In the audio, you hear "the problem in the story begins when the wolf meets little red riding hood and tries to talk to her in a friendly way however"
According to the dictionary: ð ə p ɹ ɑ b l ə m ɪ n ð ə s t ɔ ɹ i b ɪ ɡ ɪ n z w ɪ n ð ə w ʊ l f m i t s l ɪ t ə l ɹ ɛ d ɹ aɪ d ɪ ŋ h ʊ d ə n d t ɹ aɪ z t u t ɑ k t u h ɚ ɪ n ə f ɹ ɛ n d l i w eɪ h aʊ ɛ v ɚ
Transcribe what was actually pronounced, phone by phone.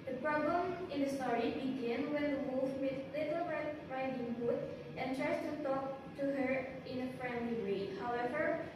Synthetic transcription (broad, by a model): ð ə p ɹ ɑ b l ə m ɪ n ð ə s t ɔ ɹ i b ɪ ɡ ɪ n w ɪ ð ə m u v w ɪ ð l ɪ t ə l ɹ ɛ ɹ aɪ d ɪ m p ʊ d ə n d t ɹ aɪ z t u t ɑ k t u h ɚ ɪ n ə f ɹ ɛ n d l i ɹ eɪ h aʊ ɛ v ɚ